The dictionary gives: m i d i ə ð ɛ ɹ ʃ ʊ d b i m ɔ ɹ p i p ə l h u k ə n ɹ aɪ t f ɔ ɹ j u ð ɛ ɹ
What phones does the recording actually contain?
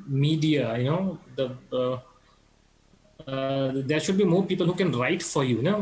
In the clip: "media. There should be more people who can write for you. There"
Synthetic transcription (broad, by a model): m i d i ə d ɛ ɹ ʃ ʊ d b i m ɔ ɹ p i p ə l h u k ə n ɹ aɪ t f ɔ ɹ j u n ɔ